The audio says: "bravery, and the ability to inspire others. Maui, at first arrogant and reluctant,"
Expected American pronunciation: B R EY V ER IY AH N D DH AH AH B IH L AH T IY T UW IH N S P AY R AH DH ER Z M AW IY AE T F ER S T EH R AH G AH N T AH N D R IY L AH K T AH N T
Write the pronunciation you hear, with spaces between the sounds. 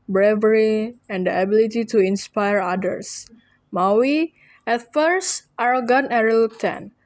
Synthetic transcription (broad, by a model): B R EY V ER IY AH N D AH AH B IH L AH T IY T UW IH N S P AY R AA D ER S M AW IY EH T F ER S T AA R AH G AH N AH R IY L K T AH N